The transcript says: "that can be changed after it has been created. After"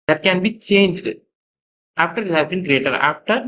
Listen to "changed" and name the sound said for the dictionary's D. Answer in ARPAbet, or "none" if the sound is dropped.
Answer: D